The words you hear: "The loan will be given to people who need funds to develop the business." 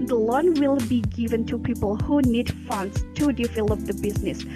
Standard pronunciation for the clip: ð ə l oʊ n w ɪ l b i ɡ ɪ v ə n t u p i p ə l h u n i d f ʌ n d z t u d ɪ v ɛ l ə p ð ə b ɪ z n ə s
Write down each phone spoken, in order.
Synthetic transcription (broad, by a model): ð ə l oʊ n w ɪ l b i ɡ ɪ v ə n t u p i p ə l h u n i d f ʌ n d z t u d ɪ f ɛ l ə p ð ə b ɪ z n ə s